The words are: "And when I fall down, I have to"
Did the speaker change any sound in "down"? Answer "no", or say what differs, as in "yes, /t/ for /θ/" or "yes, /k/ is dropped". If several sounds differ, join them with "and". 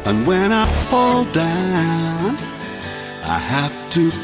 no